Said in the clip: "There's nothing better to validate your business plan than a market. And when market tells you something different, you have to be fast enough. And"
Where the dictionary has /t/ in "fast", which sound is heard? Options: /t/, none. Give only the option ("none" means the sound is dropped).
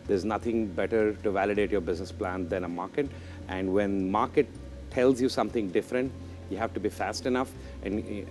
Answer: /t/